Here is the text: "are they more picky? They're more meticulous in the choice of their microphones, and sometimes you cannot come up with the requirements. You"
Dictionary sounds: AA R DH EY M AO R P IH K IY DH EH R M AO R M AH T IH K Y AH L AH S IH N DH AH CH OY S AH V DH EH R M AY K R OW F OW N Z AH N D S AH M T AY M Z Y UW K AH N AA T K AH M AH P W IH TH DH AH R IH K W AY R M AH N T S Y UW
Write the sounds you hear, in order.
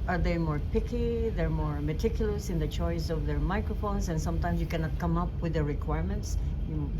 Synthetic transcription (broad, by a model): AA R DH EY M AO R P IH K IY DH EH R M AO R M AH T IH K Y AH L AH S IH N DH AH CH OY S AH V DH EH R M AY K R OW F OW N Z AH N S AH M T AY M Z Y UW K AH N AA T K AH M AH P W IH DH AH R IH K W AY R M AH N T S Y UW